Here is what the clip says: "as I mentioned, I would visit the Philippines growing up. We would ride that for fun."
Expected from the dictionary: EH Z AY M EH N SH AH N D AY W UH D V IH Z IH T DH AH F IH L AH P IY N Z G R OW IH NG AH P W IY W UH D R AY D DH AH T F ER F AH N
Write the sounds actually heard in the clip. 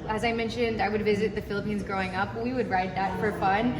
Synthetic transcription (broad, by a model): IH Z AY M EH N SH AH N D AY W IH D V IH Z IH T DH AH F IH L AH P IY N Z G R OW IH NG AH P W IY W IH D R AY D DH AH T F ER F AH N